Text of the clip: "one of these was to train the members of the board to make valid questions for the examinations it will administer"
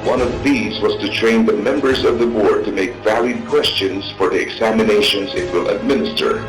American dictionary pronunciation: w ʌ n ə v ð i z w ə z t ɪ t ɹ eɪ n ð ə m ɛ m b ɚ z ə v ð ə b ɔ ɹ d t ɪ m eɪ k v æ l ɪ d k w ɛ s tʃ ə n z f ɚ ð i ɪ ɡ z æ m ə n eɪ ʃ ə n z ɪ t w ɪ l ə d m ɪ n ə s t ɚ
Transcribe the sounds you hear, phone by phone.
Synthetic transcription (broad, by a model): w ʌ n ə v ð i z w ə z t ɪ t ɹ eɪ n ð ə m ɛ m b ɚ z ə v ð ə b ɔ ɹ d t ɪ m eɪ k v æ l ɪ d k w ɛ s tʃ ə n z f ɚ ð i ɪ ɡ z æ m ə n eɪ ʃ ə n z ɪ t w ɪ l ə d m ɪ n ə s t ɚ